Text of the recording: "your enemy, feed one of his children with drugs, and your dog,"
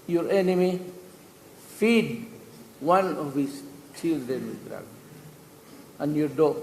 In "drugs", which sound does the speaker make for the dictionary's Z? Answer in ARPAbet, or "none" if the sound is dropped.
none